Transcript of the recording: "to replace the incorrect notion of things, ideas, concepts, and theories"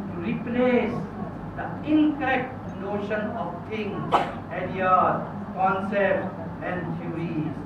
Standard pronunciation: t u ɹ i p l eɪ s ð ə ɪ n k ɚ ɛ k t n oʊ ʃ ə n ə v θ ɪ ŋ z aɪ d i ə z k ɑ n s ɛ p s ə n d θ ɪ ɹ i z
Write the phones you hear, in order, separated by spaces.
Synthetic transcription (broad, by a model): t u ɹ i p l eɪ s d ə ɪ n k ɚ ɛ k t n oʊ ʃ ə n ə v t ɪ ŋ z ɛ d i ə k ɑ n s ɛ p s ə n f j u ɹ i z